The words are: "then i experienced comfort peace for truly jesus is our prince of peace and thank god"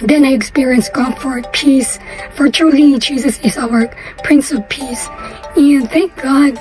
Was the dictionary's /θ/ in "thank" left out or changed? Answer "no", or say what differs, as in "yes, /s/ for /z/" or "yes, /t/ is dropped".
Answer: no